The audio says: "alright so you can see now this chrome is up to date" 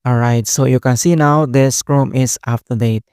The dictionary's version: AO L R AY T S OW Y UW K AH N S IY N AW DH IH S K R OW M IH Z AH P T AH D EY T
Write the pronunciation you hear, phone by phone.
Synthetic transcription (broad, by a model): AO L R AY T S OW Y UW K AH N S IY N AW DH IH S K R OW M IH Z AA F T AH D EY T